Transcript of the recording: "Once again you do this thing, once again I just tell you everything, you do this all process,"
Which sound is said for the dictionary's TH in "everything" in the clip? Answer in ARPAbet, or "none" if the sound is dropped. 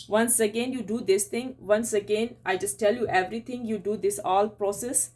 T